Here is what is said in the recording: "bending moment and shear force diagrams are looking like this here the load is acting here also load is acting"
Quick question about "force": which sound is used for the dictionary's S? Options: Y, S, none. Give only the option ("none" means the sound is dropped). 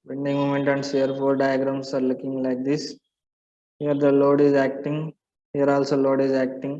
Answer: none